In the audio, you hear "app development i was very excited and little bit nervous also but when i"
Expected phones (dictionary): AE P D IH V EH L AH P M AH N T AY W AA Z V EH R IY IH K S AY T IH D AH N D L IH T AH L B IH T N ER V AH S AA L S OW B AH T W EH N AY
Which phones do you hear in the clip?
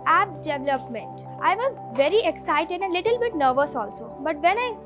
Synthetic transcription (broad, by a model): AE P D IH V L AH P M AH N T AY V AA Z V EH R IY IH K S AY T IH D AH N D L IH T AH L B IH T N ER V AH S AA L S OW B AH T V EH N AY